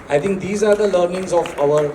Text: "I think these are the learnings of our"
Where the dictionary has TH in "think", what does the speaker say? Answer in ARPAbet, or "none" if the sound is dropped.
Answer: T